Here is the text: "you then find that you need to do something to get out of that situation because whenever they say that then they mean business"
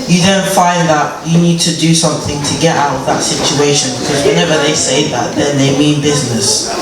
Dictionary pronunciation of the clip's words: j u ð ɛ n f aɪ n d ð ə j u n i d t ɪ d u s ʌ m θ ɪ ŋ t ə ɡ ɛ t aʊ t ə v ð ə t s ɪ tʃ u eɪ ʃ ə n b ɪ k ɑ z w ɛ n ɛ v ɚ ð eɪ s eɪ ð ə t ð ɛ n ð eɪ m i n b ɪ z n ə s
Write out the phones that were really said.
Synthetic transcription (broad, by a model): j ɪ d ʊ n f aɪ n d ð ə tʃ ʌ n i d t ɪ d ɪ s ʌ m θ ɪ ŋ t ə ɡ ɛ t aʊ t ə v ð ə t s ɪ tʃ u eɪ ʃ ə n b ɪ k ɑ z w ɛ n ɛ v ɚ ð eɪ s eɪ ð ə t ð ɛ n ð eɪ m i n b ɪ z n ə s